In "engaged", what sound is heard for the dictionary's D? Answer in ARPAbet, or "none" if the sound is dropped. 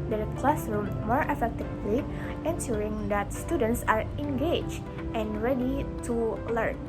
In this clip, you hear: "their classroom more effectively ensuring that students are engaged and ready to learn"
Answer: none